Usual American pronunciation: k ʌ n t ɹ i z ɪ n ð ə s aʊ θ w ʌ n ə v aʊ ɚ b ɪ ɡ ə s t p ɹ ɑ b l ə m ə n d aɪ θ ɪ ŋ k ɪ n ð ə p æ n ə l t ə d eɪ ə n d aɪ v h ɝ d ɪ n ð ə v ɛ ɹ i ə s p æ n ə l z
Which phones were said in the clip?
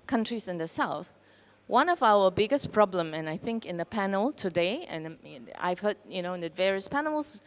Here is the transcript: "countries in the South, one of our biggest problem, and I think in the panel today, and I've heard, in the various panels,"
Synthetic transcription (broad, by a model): k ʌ n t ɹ i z ɪ n ð ə s aʊ θ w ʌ n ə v aʊ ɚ b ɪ ɡ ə s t p ɹ ɑ b l ə m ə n aɪ θ ɪ ŋ k ɪ n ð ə p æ n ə l t ə d eɪ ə n aɪ v h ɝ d ɪ n ð ə v ɛ ɹ i ə s p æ n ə l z